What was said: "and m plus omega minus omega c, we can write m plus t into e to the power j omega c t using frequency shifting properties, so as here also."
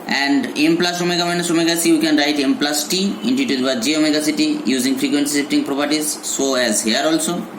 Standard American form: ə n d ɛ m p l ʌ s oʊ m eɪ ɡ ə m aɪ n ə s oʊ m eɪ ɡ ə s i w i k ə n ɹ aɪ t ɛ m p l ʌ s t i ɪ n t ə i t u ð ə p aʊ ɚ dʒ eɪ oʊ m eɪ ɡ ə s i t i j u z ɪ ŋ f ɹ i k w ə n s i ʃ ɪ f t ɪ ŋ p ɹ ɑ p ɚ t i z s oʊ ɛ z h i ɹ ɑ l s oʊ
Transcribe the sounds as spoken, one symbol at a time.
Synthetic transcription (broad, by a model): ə n d ɛ m p l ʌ s oʊ m eɪ ɡ ə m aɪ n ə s oʊ m eɪ ɡ ə s i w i k ə n ɹ aɪ t ɛ m p l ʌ s t i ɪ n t i t u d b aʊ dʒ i oʊ m eɪ ɡ ə s i t i j u z ɪ ŋ f ɹ i k w ə n s i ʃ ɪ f t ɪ ŋ p ɹ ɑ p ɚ t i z s oʊ ɛ z h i ɹ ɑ l s oʊ